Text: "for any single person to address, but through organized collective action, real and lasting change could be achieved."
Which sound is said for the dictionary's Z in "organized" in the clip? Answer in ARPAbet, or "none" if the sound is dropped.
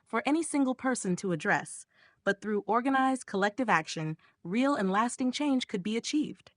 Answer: Z